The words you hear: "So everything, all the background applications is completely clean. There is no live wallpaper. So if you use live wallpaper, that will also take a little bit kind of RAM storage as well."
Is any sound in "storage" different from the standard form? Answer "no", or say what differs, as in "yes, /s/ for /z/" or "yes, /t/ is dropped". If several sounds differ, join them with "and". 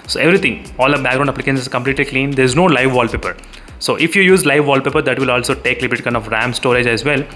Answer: no